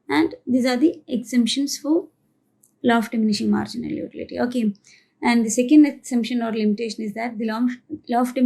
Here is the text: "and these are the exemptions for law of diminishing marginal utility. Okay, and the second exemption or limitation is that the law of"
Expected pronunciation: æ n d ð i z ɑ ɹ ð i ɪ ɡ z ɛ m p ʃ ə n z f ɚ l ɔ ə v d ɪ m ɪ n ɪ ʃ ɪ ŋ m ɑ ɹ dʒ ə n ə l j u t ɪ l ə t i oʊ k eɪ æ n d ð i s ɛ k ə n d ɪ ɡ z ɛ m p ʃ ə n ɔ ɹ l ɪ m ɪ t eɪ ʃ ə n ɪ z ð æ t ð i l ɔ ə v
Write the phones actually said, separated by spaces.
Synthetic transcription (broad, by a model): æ n d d i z ɑ ɹ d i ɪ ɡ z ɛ m p ʃ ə n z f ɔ l ɔ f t d ɪ m ɪ n ɪ ʃ ɪ ŋ m ɑ ɹ dʒ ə n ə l j u t ɪ l ə t i oʊ k eɪ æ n d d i s ɛ k ə n d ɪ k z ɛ m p ʃ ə n ɔ ɹ l ɪ m ɪ t eɪ ʃ ə n ɪ z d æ t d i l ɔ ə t